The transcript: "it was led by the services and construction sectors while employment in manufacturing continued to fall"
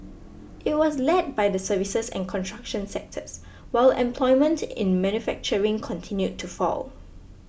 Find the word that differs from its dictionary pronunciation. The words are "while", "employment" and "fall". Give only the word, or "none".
none